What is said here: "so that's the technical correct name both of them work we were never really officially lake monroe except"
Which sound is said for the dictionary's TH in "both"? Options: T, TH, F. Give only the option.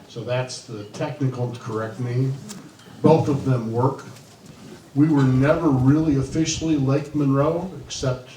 TH